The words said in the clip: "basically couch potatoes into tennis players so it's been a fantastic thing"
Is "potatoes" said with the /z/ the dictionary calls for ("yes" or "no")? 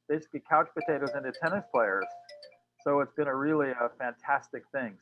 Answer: yes